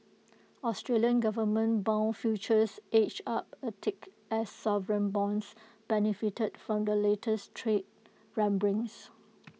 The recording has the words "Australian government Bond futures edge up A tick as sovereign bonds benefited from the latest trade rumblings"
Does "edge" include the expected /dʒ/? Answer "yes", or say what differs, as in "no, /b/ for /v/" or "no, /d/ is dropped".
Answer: no, /tʃ/ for /dʒ/